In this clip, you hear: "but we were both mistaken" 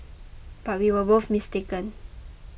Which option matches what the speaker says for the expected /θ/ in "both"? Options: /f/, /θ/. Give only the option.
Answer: /f/